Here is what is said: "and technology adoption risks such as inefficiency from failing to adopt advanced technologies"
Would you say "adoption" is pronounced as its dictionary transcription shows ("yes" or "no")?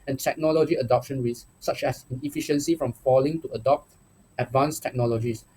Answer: yes